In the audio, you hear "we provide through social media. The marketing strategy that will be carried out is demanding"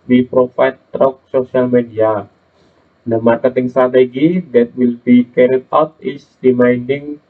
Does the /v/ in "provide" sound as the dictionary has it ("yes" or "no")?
no